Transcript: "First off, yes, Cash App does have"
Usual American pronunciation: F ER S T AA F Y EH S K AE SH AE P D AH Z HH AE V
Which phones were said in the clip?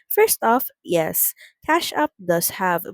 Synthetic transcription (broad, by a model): F ER S T AA F Y EH S K AE SH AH P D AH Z HH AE V